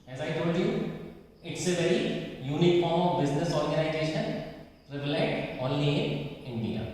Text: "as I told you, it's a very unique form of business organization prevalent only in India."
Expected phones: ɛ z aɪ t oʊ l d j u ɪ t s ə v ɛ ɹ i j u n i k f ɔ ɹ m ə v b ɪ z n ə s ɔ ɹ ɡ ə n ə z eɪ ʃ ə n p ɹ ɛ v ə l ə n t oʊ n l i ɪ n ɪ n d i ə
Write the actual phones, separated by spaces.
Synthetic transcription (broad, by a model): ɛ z aɪ t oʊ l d j u ɪ t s ə v ɛ ɹ i j u n i k f ɔ ɹ m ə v b ɪ z n ə s ɔ ɹ ɡ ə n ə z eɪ ʃ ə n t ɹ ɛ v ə l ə t oʊ n l i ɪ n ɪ n d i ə